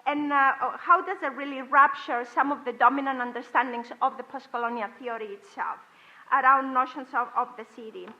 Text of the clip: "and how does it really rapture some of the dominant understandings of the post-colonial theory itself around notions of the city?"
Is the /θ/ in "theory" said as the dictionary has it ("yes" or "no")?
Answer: yes